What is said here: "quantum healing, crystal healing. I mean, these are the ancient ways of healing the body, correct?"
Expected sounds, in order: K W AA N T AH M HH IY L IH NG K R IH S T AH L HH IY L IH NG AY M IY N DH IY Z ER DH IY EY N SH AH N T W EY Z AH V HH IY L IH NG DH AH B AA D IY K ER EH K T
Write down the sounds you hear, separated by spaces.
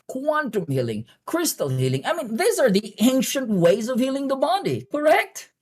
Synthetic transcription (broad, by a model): K W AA N T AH M HH IY L IH NG K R IH S T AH L HH IY L IH NG AY M IY N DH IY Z ER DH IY EY N SH AH N T W EY Z AH V HH IY L IH NG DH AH B AA D IY K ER EH K T